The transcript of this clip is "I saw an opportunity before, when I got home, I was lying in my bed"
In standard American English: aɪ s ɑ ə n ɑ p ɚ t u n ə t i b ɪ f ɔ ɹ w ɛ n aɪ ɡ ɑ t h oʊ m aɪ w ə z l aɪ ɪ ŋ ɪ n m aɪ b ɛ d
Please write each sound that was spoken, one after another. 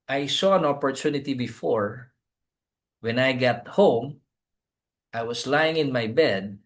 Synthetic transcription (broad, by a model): aɪ s ɑ ə n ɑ p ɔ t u n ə t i b ɪ f ɔ ɹ w ɛ n aɪ ɡ ɑ t h oʊ m aɪ w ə s l aɪ ɪ ŋ ɪ n m aɪ b ɛ d